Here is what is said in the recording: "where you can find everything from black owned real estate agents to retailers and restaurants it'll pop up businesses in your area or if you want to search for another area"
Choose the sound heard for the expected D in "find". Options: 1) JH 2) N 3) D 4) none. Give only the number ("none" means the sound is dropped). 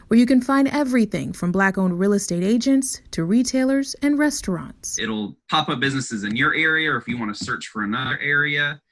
3